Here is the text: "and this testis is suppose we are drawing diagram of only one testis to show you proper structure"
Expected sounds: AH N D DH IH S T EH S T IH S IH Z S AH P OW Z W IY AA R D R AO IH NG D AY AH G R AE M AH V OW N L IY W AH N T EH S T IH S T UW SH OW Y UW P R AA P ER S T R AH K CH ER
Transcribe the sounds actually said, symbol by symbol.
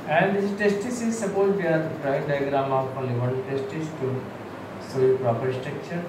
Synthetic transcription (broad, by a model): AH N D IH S T EH S T IH S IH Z S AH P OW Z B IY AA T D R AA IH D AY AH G R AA M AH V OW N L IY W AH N T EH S T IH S T UW S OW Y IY P R AA P ER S T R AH K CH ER